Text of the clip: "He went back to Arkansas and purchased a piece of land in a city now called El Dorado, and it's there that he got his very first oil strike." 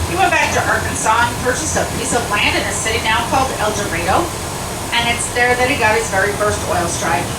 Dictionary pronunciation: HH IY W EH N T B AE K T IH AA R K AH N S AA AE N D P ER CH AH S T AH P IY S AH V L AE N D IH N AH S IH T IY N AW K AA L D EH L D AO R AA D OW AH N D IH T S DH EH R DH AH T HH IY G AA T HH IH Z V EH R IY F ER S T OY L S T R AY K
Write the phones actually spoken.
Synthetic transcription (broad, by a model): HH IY W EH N B AE K T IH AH R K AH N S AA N P ER CH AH S AH P IY S AH V L AE N D IH N AH S IH T IY N AW K AA L D EH L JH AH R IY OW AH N IH T S DH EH R DH AH T HH IY G AA T HH IH Z V EH R IY F ER S T OY L S T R AY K